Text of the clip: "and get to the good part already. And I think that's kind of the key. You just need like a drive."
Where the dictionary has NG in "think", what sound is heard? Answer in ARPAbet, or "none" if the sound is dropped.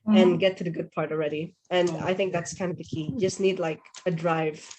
NG